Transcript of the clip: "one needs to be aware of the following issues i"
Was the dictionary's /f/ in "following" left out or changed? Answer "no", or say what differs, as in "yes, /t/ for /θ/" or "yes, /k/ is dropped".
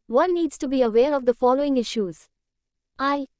no